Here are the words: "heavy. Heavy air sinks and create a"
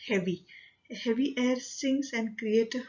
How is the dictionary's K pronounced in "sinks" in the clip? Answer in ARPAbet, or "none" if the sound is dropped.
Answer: none